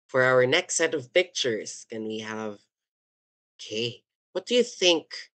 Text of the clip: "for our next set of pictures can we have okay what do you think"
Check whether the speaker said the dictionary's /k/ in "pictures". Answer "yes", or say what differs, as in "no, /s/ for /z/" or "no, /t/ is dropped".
yes